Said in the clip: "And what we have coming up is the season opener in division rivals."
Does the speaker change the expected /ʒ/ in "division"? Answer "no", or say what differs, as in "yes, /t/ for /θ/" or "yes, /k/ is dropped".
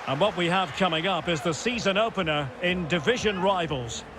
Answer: no